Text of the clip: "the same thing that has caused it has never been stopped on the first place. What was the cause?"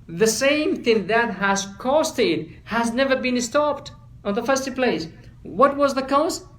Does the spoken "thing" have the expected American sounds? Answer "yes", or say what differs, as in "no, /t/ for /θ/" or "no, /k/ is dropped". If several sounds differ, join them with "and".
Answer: yes